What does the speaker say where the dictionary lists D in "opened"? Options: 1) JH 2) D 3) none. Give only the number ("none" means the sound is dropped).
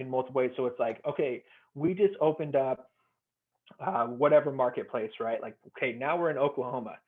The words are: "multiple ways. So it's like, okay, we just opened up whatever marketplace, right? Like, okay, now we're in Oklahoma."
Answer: 2